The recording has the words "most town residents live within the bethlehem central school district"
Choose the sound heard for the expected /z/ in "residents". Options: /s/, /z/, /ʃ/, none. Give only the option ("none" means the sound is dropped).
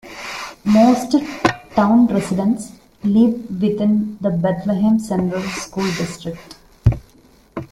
/s/